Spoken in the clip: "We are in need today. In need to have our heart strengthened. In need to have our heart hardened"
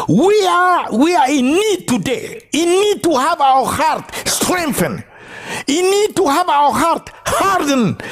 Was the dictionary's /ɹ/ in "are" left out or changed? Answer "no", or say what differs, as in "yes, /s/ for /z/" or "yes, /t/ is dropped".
yes, /w/ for /ɹ/